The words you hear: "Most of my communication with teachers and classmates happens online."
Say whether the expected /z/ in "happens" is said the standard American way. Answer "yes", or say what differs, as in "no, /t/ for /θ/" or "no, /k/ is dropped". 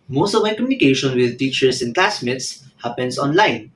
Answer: no, /s/ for /z/